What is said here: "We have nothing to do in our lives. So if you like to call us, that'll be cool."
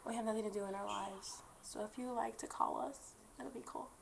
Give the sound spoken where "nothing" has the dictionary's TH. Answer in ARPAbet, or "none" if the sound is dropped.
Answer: TH